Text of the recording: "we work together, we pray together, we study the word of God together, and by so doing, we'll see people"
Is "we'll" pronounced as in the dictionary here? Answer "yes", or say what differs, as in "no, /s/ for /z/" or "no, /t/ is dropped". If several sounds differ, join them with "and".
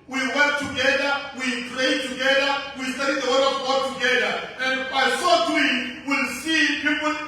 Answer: yes